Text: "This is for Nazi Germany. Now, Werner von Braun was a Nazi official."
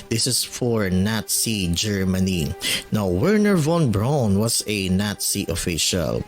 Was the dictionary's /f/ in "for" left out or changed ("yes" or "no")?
no